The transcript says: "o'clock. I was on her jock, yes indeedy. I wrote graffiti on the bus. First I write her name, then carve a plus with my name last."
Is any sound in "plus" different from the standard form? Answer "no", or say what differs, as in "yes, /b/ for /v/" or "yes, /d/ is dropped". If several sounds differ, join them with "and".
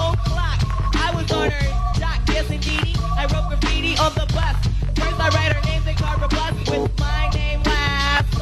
yes, /b/ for /p/